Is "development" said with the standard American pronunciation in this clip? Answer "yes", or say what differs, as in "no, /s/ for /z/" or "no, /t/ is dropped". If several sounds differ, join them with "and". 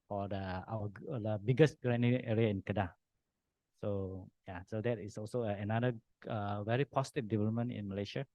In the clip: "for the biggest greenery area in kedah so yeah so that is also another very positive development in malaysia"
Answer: yes